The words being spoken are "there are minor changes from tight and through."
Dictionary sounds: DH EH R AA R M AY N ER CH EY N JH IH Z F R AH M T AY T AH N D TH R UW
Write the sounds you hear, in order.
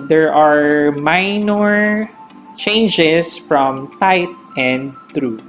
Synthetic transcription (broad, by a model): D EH R AA R M AY N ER CH EY N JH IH S F R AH M T AY T AH N D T R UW